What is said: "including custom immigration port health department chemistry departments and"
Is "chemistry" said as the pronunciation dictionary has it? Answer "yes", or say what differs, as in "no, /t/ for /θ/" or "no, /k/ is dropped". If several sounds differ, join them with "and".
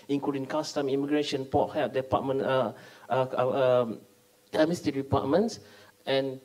no, /ɹ/ is dropped